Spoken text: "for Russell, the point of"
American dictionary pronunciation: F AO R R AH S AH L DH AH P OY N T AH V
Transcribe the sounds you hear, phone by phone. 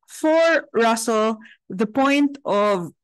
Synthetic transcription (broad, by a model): F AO R R AH S AH L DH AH P OY N T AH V